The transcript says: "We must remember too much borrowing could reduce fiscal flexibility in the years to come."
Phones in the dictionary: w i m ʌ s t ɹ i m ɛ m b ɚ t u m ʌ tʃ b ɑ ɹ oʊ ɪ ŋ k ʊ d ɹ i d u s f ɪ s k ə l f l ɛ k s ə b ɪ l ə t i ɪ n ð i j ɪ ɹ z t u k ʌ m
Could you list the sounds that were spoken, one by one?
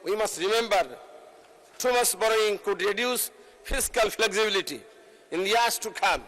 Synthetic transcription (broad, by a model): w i m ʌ s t ɹ i m ɛ m b ɚ t u m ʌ s b ɑ ɹ oʊ ɪ ŋ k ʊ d ɹ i d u s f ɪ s k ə l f l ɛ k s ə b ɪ l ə t i ɪ n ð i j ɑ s t u k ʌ m